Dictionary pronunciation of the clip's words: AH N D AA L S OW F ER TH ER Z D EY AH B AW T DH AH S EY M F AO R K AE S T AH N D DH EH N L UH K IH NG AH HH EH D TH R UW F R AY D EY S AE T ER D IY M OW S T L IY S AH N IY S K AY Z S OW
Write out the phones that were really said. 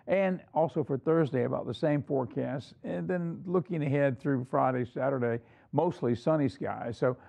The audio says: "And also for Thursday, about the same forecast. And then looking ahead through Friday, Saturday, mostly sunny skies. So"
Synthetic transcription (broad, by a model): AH N AA L S OW F ER TH ER Z D EY AH B AW T DH AH S EY M F AO R K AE S T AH N DH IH N L UH K IH NG AH HH EH D TH R UW F R AY D EY S AE T ER D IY M OW S T L IY S AH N IY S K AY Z S OW